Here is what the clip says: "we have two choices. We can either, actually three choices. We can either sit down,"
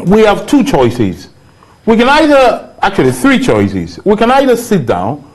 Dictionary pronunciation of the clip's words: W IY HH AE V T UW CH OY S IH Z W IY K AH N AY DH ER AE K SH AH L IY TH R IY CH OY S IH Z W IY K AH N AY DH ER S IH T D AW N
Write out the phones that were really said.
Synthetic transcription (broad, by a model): W IY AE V T UW CH OY S IH Z W IY K AH N AY DH ER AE K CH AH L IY TH R IY CH OY S IH Z W IY K AH N AY DH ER S IH T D AW N